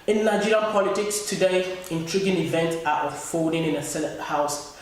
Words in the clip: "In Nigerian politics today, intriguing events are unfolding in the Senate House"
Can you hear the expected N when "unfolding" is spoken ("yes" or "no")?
no